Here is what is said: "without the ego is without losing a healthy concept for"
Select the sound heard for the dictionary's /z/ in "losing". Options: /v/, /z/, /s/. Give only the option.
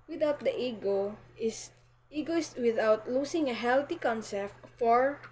/s/